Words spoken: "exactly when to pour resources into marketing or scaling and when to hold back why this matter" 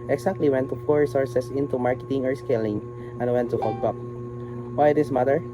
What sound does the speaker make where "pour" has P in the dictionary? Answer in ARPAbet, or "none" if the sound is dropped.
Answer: F